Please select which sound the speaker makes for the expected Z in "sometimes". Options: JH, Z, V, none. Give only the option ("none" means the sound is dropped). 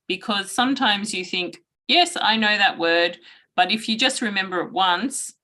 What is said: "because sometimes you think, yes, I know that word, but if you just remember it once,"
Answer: Z